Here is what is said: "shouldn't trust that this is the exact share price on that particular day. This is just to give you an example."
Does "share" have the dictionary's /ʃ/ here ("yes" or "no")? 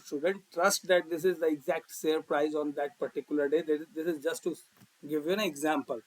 no